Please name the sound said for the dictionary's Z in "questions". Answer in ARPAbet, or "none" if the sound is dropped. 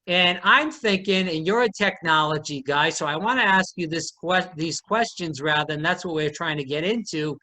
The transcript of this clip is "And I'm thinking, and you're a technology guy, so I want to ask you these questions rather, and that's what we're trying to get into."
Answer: Z